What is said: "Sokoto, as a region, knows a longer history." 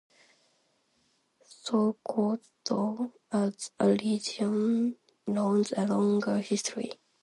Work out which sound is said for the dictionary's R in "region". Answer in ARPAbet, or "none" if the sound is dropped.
L